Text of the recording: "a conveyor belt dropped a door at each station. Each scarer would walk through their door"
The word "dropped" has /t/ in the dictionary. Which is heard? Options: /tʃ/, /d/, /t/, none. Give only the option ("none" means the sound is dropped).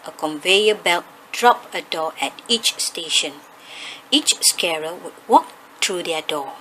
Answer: none